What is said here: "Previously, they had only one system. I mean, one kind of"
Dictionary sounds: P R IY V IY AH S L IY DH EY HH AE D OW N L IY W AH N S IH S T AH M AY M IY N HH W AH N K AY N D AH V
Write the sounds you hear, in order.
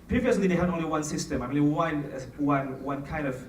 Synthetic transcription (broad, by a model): P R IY V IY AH S L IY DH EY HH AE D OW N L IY W AH N S IH S T AH M AY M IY N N W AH N K AY N D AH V